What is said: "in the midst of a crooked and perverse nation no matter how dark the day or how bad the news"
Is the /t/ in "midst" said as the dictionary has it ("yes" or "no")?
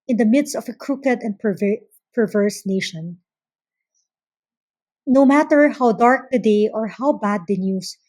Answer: yes